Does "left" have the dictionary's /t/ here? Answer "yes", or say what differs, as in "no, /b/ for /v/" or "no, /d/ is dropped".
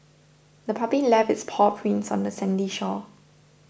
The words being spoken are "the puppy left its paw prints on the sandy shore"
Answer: no, /t/ is dropped